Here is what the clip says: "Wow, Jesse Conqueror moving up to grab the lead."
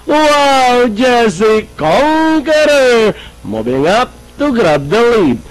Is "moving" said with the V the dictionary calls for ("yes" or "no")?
no